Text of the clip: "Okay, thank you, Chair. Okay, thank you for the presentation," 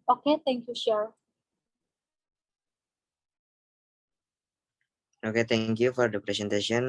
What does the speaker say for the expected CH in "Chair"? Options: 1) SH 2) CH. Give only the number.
1